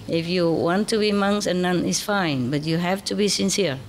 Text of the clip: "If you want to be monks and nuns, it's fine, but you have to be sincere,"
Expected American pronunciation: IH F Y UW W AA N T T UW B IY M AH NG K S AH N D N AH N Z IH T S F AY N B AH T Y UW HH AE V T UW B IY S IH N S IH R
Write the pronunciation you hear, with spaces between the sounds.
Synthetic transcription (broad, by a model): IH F Y UW W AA N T T UW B IY M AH NG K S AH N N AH N IH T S F AY N B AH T Y UW HH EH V T UW B IY S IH N S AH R